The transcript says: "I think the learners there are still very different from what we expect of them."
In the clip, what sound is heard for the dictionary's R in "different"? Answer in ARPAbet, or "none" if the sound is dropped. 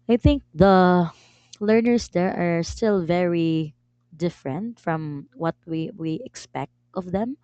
R